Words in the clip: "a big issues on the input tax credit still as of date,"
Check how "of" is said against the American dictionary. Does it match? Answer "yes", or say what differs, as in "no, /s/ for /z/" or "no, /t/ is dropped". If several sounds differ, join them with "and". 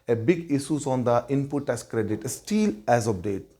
no, /p/ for /v/